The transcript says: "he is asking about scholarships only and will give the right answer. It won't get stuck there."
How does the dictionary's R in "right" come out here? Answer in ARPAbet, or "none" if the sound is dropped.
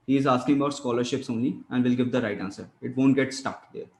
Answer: R